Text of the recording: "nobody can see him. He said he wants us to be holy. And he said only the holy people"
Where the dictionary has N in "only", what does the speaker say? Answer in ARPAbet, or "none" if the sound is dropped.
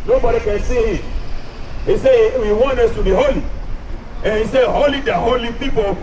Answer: none